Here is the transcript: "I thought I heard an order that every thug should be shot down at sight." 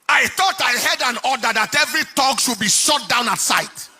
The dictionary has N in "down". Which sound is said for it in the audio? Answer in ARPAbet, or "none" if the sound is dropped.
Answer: N